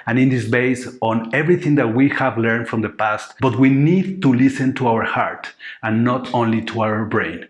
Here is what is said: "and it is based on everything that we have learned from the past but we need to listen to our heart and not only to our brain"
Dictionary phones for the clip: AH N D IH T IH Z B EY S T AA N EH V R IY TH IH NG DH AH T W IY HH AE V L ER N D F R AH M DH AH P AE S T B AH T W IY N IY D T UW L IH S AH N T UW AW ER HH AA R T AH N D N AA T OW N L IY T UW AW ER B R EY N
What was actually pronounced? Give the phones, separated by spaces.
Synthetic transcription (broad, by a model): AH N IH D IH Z B EY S AA N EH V R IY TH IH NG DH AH T W IY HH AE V L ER N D F R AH M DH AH P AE S T B AH T W IY N IY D T UW L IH S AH N T UW AW ER HH AA R T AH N N AA T OW N L IY T UW AW ER B R EY N